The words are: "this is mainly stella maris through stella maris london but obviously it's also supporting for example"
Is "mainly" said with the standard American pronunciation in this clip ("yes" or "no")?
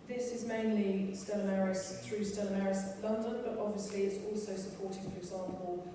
yes